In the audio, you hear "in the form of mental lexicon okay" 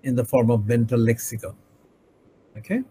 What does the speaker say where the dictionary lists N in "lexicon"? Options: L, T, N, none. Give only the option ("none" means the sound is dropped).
none